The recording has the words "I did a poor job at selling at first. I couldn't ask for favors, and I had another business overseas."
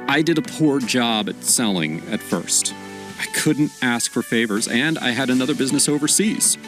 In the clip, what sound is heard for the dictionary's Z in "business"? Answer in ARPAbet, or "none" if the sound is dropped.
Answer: Z